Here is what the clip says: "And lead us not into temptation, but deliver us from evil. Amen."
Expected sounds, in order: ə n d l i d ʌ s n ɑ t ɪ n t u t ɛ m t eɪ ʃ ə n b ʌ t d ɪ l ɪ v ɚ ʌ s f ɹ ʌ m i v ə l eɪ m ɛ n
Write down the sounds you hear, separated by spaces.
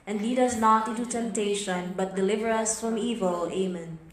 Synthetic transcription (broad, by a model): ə n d l i d ʌ s n ɑ t ɪ n t u t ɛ m t eɪ ʃ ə n b ʌ t d ɪ l ɪ v ɚ ʌ s f ɹ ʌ m i v ə l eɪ m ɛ n